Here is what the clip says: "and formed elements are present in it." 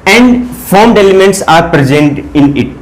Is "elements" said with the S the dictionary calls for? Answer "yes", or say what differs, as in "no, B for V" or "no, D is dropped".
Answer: yes